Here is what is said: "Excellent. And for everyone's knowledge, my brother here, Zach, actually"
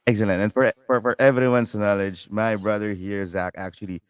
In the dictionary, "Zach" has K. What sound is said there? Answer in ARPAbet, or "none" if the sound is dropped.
K